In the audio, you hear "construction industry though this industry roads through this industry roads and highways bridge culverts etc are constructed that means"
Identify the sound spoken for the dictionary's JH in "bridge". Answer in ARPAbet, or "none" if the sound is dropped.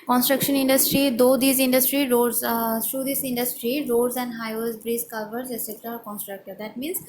Z